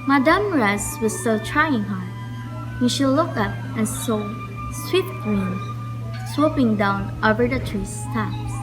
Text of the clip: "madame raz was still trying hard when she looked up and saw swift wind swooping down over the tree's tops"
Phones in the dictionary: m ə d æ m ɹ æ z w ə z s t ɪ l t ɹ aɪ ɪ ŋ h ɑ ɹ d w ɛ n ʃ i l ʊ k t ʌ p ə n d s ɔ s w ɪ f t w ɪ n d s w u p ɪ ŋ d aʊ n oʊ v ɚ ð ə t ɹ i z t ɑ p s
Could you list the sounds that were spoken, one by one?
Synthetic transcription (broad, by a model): m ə d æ m ɹ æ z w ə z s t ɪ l t ɹ aɪ ɪ ŋ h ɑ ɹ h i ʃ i l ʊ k ʌ p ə n s ɔ s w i t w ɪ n s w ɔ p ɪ ŋ d aʊ n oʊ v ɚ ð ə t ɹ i s t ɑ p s